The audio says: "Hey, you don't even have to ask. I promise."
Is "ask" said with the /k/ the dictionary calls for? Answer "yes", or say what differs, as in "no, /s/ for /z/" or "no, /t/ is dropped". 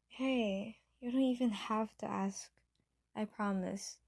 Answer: yes